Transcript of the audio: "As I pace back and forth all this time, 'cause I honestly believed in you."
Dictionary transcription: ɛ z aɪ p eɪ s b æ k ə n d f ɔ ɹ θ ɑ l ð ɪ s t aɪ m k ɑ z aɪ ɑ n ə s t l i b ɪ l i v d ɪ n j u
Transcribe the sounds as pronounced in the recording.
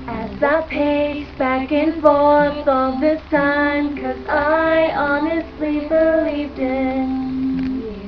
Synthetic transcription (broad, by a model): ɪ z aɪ p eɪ b æ k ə n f ɔ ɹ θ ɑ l ð ɪ s t aɪ m k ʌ z aɪ ɑ n ə s t l i b ɪ l i v d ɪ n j